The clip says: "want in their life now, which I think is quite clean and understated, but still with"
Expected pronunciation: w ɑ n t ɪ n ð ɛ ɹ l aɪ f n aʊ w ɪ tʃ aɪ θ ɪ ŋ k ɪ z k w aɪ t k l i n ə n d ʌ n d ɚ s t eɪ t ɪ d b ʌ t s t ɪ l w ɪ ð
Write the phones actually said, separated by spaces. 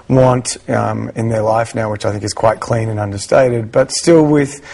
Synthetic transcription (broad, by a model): w ɑ n t ɪ n ð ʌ ɹ l aɪ f n aʊ w ɪ tʃ aɪ θ ɪ ŋ k ɪ z k w aɪ t k l i n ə n ʌ n d ɚ s t eɪ t ɪ d b ʌ t s t ɪ l w ɪ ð